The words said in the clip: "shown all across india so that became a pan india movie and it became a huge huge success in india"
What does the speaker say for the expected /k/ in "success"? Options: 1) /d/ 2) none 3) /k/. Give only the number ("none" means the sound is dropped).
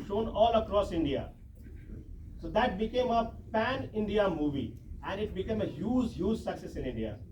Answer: 3